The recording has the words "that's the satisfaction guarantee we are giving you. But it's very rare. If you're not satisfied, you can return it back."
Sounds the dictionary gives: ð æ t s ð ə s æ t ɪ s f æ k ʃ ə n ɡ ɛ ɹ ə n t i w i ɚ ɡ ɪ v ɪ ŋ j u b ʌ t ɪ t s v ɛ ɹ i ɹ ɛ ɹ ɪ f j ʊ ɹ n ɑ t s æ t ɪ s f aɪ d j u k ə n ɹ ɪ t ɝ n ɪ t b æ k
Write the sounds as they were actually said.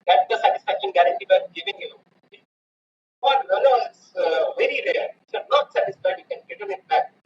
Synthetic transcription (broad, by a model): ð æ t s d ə s æ t ɪ s f æ k ʃ ə n ɡ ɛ ɹ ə n t i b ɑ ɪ ɡ ɪ v ɪ ŋ j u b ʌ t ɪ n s v ɛ ɹ i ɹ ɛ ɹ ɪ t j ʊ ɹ n ɑ t s æ t ɪ s f aɪ d j u k ə n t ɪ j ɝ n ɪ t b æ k